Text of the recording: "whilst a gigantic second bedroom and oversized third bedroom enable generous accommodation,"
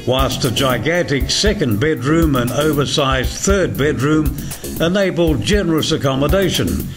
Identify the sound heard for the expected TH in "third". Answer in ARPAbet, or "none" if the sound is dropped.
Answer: TH